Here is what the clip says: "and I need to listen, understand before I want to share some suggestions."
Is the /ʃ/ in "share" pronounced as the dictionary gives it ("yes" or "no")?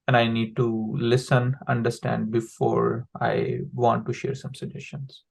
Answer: yes